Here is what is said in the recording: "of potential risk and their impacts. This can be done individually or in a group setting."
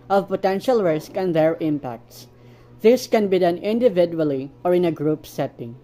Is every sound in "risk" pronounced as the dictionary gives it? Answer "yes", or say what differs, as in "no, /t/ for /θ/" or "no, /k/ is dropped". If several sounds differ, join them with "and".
yes